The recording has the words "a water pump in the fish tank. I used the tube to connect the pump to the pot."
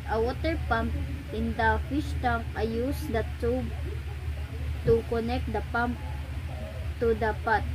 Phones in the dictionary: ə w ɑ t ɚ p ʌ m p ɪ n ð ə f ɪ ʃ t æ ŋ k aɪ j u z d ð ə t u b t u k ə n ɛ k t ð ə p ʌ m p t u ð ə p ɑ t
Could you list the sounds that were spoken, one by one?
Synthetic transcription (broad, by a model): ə w ɑ t ɚ p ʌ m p ɪ n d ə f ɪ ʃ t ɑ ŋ aɪ j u s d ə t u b t u k ə n ɛ k t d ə p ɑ m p t u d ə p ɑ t